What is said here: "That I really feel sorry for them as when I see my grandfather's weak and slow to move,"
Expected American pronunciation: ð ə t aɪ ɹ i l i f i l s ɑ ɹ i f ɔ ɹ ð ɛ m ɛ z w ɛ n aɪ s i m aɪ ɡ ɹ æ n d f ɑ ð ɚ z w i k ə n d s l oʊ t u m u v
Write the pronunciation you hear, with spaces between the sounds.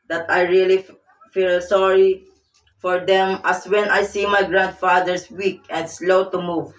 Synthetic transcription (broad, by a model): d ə t aɪ ɹ i l i f i l s ɑ ɹ i f ɔ ɹ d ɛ m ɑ s w ɛ n aɪ s i m aɪ ɡ ɹ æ n d f ɑ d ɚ s w i k ə n d s l oʊ t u m u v